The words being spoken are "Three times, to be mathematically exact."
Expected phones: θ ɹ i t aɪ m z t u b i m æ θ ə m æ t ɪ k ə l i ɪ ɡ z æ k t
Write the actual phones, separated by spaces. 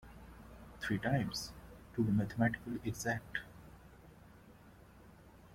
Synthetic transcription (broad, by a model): t ɹ i t aɪ m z t u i m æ t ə m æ t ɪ k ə l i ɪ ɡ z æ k t